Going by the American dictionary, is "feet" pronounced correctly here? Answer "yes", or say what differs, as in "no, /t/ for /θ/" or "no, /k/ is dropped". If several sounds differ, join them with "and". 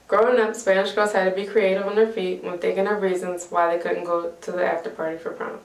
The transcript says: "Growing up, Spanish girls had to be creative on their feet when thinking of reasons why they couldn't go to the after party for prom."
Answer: yes